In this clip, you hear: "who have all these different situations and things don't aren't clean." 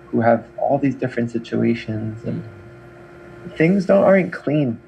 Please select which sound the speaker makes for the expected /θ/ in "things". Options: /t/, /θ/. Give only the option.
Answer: /θ/